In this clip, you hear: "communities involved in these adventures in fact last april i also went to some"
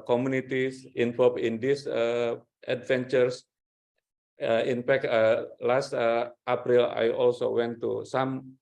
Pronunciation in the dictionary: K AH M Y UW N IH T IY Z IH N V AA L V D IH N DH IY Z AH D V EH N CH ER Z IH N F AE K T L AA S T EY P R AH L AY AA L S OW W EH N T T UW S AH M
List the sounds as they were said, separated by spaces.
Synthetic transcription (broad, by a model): K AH M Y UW N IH T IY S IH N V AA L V IH N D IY S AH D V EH N CH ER S IH N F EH K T L AA S T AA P R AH L AY AA L S OW W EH N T T UW S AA M